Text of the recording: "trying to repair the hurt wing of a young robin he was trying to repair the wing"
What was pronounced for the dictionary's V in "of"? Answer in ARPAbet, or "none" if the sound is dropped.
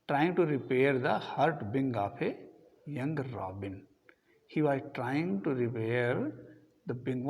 P